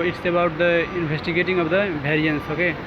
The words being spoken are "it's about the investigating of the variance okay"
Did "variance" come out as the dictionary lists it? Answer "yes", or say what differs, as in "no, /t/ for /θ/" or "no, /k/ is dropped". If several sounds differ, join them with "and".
no, /b/ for /v/